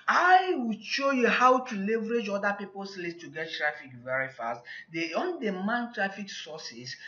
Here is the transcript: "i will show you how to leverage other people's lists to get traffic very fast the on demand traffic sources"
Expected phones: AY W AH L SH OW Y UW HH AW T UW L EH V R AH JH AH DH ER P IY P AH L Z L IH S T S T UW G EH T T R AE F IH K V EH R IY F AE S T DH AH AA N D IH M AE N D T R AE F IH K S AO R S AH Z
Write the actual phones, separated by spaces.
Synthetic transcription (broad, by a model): AY W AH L SH OW Y UW HH AW T UW L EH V R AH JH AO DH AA P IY P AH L S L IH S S T UW G EH T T R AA F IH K V EH R IY F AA S T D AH AA N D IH M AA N T R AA F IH K S AO S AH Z